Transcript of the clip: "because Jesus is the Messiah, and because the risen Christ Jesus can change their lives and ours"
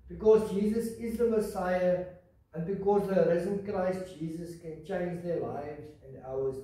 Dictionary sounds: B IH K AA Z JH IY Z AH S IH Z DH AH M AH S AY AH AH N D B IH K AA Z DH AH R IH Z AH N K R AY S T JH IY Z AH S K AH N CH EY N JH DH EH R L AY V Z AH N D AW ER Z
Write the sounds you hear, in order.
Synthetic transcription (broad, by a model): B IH K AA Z JH IY Z AH S IH Z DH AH M AH S AY AH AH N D B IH K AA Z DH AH R IH Z AH N K R AY S T JH IY Z AH S K AH N CH EY N JH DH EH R L AY V Z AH N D AW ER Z